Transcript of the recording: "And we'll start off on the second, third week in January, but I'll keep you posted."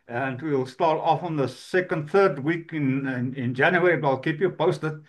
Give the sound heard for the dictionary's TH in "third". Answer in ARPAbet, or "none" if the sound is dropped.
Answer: TH